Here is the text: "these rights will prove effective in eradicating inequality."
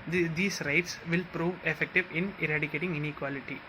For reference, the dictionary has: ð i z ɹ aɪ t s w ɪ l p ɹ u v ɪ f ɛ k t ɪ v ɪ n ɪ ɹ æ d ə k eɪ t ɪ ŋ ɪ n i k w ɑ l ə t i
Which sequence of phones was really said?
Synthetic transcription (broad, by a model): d i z ɹ aɪ t s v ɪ l p ɹ u v ɪ f ɛ k t ɪ v ɪ n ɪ ɹ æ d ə k eɪ t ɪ ŋ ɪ n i k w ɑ l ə t i